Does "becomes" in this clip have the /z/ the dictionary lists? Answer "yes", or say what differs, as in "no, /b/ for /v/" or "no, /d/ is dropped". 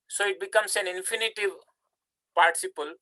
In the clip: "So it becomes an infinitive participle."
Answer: no, /s/ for /z/